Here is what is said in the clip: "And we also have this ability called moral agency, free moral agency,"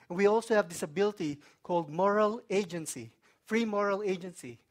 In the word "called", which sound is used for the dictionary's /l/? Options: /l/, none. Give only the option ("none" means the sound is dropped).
/l/